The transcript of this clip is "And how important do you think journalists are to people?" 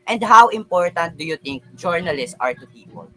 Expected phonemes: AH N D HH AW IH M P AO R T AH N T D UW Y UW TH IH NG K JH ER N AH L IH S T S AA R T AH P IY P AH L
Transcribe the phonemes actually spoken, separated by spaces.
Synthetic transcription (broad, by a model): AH N D HH AW IH M P AO R T AH N T D UW Y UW T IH NG K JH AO N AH L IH S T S AA R T AH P IY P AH L